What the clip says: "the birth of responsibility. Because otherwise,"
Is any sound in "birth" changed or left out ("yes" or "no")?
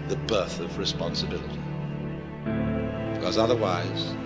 no